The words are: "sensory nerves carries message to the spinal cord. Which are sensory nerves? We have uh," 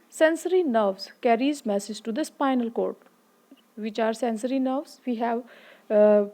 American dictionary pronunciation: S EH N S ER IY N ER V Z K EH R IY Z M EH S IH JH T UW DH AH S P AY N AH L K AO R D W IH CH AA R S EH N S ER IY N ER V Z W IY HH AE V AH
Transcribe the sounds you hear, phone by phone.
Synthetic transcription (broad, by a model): S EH N S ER IY N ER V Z K EH R IY Z M EH S IH JH T UW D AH S P AY N AH L K AO R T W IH CH AA R S EH N S ER IY N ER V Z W IY HH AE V